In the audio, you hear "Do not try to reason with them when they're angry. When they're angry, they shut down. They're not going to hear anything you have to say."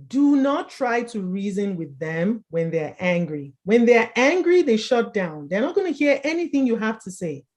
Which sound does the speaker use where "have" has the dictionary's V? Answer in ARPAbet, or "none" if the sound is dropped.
F